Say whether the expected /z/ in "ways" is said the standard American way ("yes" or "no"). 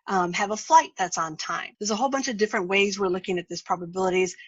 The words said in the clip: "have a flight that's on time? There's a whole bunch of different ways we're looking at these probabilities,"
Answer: yes